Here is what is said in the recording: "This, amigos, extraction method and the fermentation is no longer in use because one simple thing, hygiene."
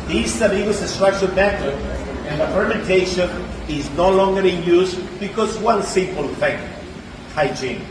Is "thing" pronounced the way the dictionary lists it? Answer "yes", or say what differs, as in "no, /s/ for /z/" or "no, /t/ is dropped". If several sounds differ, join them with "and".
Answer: no, /f/ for /θ/